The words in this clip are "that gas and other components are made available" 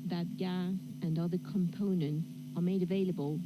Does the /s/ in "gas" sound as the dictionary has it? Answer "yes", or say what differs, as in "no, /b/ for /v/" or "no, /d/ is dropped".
no, /s/ is dropped